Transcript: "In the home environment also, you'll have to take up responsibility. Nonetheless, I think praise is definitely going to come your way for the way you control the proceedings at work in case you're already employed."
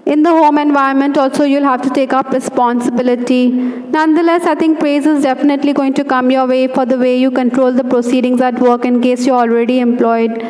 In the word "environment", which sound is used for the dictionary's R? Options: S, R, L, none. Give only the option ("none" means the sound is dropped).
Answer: none